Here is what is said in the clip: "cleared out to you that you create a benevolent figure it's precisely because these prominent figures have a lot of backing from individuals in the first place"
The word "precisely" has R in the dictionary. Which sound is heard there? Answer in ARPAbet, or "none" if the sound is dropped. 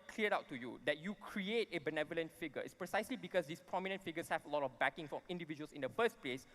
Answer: R